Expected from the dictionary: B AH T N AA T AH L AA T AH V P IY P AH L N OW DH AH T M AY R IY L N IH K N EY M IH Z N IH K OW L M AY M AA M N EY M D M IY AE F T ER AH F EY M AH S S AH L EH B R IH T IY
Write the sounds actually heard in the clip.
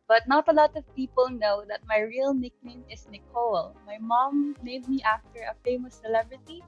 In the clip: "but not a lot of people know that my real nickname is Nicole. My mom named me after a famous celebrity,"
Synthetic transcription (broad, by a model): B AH T N AA T AH L AA T AH V P IY P AH L N OW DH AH T M AY R IY L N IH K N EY M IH S N IH K OW L M AY M AA M EY D M IY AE F T ER AH F EY M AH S S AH L EH B R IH T IY